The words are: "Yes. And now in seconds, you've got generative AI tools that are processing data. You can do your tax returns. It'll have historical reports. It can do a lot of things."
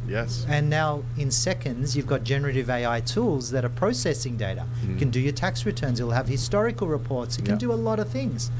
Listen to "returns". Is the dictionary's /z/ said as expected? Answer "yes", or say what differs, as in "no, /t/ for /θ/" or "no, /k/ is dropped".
yes